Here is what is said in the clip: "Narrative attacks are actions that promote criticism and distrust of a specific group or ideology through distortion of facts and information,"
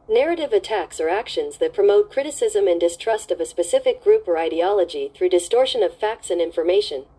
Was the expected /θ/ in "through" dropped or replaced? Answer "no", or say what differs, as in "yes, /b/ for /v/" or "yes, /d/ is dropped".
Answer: no